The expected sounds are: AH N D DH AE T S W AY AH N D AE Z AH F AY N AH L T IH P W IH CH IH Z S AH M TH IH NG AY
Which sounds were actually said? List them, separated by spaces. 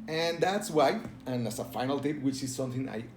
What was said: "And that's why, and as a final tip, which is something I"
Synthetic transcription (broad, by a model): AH N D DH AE T S W AY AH N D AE S AH F AY N AH L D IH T W IH CH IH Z S AH M TH IH NG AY